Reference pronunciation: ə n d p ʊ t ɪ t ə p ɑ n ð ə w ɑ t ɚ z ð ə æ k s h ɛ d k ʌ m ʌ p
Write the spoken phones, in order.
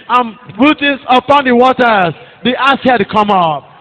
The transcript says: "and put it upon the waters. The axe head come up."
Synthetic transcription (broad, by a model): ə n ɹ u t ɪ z ə p ɑ n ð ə w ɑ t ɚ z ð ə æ s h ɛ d k ʌ m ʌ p